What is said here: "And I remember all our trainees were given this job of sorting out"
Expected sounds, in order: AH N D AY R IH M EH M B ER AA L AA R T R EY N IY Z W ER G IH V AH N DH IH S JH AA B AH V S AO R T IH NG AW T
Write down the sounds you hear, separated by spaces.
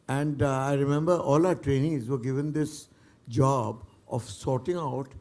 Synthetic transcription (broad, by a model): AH N D AY R IH M EH M B ER AA L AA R T R EY N IY Z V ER G IH V AH N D IH S JH AA B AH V S AO R T IH NG AW T